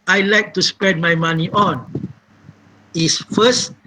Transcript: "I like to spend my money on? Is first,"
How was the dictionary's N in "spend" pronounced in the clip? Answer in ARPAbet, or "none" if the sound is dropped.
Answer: none